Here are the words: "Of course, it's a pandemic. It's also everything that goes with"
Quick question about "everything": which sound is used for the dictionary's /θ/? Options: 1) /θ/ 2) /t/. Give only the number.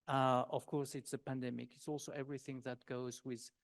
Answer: 1